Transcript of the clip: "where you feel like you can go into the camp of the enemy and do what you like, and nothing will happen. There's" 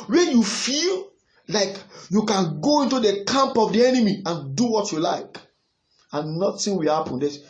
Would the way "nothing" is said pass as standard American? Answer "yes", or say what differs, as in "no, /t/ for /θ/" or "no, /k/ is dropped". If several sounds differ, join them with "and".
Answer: no, /t/ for /θ/